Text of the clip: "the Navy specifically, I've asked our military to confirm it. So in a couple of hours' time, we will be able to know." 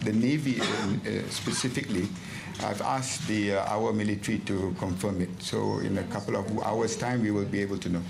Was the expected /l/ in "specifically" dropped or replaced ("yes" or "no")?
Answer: no